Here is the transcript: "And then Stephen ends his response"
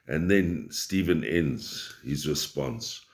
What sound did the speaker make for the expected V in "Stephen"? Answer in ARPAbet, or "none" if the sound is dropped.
V